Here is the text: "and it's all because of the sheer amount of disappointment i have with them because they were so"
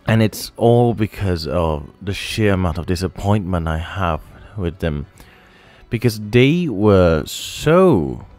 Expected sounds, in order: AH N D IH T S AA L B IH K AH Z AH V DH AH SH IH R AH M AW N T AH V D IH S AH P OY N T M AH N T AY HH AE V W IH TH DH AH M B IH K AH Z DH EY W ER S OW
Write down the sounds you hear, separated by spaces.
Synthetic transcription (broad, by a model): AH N IH T S AA L B IH K AH Z AH V DH AH SH IH R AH M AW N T AH V D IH S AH P OY N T M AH N T AY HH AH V W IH DH AH M B IH K AH Z DH EY W ER S OW